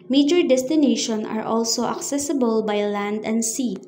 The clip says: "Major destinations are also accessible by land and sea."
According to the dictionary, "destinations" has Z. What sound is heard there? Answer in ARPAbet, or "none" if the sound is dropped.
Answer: none